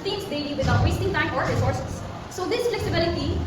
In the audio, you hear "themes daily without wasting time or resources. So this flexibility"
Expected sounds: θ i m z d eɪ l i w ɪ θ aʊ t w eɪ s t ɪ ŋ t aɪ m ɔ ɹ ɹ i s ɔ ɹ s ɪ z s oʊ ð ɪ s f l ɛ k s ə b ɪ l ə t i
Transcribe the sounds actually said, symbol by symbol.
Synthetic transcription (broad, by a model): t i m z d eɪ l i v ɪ t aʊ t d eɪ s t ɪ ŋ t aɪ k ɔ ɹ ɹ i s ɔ ɹ s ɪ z s oʊ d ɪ s f l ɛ k s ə b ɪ l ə t i